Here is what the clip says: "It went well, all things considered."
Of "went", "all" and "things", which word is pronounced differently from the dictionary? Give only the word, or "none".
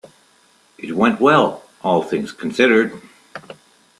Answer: none